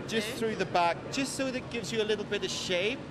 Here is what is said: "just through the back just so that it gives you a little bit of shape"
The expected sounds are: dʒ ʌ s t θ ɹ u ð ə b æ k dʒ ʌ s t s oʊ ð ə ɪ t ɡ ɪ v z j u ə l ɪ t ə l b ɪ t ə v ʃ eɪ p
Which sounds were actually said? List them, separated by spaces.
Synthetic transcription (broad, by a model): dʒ ʌ s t θ ɹ u ð ə b æ k dʒ ʌ s t s oʊ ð ɪ t ɡ ɪ v z j ə l ɪ t l b ɪ t ə v ʃ eɪ p